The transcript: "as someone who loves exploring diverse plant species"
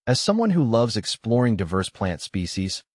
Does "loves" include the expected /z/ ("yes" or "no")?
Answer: yes